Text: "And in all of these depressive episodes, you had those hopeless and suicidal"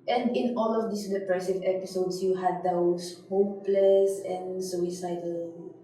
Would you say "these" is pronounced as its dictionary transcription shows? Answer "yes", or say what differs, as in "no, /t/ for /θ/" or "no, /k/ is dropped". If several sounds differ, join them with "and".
no, /s/ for /z/